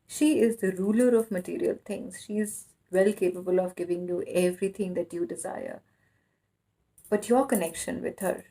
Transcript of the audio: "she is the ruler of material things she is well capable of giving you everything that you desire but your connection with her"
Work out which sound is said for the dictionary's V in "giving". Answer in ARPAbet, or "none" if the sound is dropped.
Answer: V